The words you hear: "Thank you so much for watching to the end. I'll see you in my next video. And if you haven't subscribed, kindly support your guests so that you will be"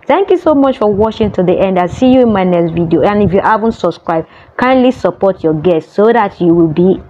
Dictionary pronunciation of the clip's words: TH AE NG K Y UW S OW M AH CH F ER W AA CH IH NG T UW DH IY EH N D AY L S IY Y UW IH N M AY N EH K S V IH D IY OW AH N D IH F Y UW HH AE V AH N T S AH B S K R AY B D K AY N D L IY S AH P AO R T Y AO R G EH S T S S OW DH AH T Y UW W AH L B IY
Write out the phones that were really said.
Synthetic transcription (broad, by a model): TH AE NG K Y UW S OW M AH CH F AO W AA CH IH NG T UW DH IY EH N D AY S IY Y UW IH N M AY N EH K S V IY D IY OW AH N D IH F Y UW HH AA V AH N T S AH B S K R AY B K AY N D L IY S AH P AO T Y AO G EH S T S S OW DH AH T Y UW W AH L B IY